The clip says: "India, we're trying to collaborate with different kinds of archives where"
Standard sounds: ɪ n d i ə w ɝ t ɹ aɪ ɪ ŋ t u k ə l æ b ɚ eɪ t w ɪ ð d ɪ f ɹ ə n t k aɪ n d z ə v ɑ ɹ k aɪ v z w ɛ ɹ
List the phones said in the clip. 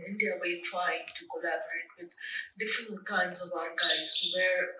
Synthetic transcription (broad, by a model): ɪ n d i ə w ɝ t ɹ aɪ ɪ ŋ t u k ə l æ b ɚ eɪ t w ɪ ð d ɪ f ɹ ə n t k aɪ n d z ə v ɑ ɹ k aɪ z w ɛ ɹ